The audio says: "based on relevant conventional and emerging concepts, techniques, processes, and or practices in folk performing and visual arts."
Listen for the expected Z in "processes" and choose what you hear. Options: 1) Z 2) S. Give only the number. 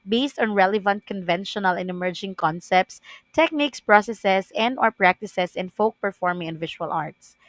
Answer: 2